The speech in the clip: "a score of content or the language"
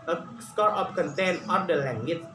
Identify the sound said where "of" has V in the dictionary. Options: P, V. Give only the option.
P